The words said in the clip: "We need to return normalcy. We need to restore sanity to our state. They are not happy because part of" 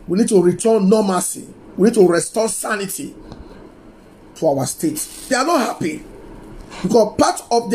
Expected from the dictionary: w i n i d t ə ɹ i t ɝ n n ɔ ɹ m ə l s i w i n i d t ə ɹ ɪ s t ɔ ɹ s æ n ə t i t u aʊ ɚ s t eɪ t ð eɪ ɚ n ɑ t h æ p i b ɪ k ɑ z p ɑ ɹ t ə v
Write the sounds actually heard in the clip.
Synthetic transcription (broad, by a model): w i n i d t ə ɹ i t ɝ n n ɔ m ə s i w i n i d t ə ɹ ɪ s t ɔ s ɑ n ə t i t u aʊ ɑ s t eɪ t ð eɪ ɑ n ɑ t h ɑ p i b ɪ k ɑ p ɑ t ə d